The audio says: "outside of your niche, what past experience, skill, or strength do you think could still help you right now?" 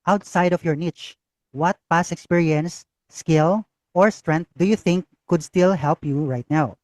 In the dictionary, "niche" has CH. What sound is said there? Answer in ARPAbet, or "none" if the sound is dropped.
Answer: CH